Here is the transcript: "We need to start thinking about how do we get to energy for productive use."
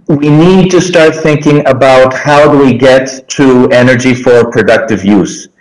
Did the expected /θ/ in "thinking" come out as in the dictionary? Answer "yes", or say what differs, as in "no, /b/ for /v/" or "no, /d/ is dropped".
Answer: yes